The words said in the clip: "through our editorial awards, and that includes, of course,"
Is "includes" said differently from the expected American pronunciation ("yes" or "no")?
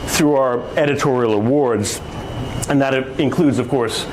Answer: no